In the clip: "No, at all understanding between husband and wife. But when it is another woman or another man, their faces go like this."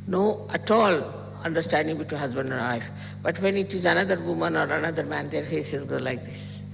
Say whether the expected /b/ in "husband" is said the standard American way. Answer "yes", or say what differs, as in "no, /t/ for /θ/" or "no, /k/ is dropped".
yes